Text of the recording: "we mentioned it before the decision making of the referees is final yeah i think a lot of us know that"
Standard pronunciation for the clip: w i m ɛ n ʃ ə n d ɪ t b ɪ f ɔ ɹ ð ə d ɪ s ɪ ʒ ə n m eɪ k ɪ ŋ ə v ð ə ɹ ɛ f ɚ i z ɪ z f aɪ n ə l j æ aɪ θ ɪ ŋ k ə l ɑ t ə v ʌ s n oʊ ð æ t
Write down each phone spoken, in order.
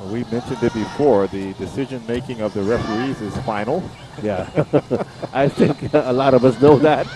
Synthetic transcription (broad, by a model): w i m ɛ n ʃ ə n d ɪ t b ɪ f ɔ ɹ ð ə d ɪ s ɪ ʒ ə n m eɪ k ɪ ŋ ə v ð ə ɹ ɛ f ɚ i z ɪ z f aɪ n l j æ aɪ θ ɪ ŋ k ə l ɑ t ə v ʌ s n oʊ ð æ t